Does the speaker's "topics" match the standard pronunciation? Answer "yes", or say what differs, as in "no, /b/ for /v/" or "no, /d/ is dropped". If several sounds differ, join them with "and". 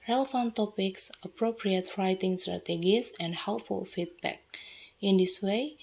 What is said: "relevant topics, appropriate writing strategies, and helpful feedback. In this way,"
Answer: yes